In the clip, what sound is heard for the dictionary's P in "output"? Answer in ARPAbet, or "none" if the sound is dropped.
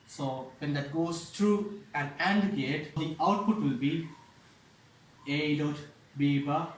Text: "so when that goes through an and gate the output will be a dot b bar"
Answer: P